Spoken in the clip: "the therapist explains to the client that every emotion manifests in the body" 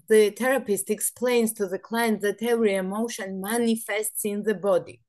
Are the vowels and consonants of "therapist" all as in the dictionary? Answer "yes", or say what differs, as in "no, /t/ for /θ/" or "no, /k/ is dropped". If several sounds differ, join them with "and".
no, /t/ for /θ/